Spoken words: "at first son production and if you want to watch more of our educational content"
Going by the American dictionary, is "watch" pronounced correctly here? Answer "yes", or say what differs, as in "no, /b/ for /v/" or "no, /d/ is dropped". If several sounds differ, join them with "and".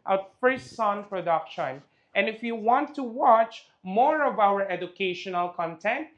yes